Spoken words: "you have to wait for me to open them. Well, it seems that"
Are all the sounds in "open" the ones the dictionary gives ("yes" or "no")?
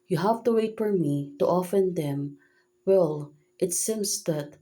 no